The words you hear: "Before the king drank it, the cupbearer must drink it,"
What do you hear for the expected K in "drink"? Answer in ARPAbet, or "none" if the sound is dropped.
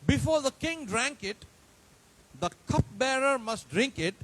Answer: K